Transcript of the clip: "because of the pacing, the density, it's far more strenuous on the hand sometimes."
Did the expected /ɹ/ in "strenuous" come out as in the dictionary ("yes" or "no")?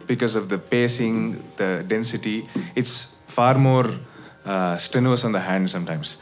no